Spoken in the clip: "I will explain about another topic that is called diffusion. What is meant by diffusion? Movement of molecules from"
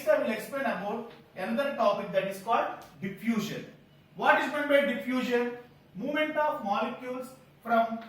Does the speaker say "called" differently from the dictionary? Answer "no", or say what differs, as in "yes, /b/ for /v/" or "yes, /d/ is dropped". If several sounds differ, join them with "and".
no